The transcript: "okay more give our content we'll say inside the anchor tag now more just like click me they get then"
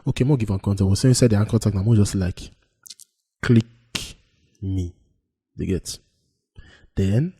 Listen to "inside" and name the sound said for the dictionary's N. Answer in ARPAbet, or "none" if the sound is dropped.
none